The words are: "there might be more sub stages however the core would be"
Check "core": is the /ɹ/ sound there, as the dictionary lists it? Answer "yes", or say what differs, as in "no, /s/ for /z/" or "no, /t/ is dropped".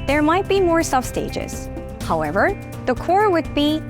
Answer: yes